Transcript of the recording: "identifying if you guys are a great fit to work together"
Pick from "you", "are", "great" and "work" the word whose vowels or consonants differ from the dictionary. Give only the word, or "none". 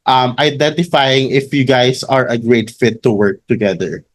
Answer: none